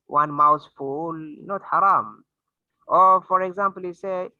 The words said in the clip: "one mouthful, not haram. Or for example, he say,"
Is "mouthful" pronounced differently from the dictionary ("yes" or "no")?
yes